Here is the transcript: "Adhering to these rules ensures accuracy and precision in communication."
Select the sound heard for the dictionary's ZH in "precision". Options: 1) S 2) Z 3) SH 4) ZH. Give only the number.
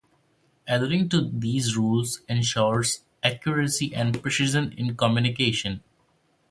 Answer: 2